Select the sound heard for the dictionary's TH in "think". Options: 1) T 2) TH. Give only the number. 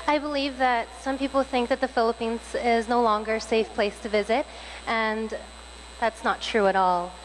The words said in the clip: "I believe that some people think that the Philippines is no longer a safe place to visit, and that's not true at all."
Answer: 2